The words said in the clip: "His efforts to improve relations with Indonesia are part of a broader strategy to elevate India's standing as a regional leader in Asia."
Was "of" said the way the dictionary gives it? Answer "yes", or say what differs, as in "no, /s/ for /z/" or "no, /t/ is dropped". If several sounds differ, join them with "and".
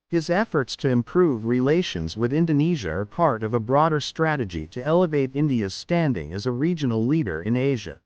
yes